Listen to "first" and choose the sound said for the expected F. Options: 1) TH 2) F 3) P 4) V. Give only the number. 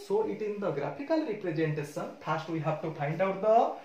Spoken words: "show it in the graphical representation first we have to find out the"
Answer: 3